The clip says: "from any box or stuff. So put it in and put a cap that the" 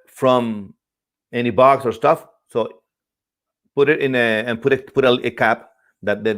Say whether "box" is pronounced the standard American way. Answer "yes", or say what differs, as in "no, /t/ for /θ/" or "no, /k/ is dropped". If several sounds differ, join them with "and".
yes